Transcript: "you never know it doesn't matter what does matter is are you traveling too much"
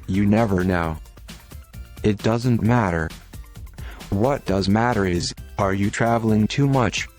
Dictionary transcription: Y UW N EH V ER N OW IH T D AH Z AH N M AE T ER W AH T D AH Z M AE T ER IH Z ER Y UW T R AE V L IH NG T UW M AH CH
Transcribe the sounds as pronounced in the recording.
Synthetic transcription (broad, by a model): Y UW N EH V ER N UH IH T D AH Z AH N M AE T ER W AH T D AH Z M AE T ER IH Z ER Y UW T R AE V L IH NG T UW M AH CH